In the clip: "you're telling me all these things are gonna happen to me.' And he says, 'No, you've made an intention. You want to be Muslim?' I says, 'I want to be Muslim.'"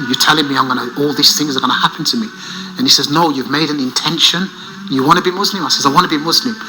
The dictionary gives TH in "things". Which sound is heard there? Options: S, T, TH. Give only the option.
TH